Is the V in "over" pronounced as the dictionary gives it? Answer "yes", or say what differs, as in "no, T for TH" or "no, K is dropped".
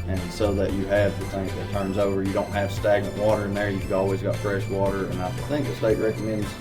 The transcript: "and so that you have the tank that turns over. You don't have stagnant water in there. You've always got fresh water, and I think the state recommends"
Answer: yes